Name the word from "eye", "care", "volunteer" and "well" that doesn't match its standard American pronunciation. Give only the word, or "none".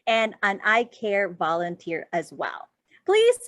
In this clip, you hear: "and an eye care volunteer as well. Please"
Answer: none